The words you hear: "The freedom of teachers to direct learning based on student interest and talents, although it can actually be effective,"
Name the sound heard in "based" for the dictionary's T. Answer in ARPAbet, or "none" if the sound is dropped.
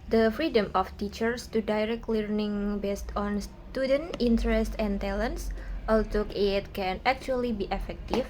T